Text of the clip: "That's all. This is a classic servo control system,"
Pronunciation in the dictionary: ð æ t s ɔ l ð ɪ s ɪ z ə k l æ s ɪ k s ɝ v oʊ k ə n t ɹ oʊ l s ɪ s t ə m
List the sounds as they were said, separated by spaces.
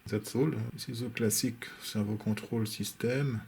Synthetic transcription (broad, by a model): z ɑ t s ɔ l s ɪ z ə k l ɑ s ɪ k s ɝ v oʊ k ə t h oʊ l s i s t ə m